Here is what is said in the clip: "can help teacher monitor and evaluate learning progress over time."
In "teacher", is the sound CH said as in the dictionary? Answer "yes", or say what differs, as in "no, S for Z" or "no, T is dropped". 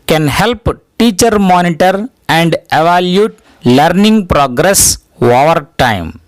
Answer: yes